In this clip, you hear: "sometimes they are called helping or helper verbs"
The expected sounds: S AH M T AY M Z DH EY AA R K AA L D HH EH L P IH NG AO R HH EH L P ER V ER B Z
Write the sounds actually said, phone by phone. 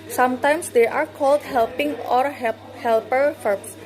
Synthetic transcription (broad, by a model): S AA M T AY M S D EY AA R K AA L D HH EH L P IH NG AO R HH EH L P ER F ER